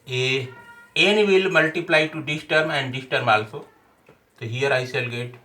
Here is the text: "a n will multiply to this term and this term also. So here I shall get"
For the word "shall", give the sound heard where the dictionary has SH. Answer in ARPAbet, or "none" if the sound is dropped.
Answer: S